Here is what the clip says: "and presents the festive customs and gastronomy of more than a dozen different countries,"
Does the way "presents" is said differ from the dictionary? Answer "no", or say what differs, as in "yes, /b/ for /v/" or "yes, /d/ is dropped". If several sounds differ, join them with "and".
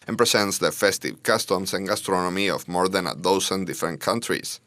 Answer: yes, /s/ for /z/